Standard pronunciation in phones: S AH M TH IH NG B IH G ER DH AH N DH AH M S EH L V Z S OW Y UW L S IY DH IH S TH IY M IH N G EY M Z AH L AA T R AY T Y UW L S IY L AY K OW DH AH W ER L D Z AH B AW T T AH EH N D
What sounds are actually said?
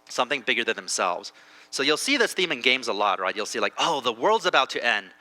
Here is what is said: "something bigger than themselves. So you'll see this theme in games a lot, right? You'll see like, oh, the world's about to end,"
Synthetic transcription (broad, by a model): S AH M TH IH NG B IH G ER DH AH N DH AH M S EH L V Z S OW Y UW L S IY DH IH S TH IY M IH N G EY M Z AH L AA T R AY T Y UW L S IY L AY K OW DH AH W ER L D Z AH B AW T T EH N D